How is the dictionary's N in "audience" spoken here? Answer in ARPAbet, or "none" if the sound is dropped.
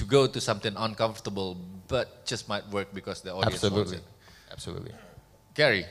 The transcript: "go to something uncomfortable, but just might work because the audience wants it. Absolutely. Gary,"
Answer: none